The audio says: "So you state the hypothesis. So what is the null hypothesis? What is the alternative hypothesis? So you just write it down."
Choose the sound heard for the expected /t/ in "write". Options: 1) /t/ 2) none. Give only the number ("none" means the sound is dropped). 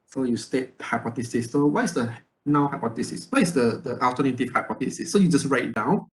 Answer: 2